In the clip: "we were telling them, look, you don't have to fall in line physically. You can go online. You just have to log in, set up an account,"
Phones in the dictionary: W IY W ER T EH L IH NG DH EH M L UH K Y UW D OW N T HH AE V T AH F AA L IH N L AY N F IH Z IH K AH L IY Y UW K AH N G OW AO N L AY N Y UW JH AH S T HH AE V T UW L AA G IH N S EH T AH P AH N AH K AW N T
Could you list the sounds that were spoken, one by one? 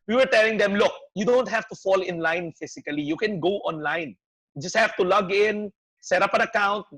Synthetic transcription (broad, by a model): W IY W ER T EH L IH NG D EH M L UH K Y UW D OW N T HH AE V T AH F AA L IH N L AY N F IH S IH K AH L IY Y UW K AH N G OW AO N L AY N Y JH AH S T HH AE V T UW L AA G IH N S EH T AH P AH N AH K AW N T